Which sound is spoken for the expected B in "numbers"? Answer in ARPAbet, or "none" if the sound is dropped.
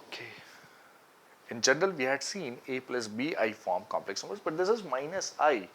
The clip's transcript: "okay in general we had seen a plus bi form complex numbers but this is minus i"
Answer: none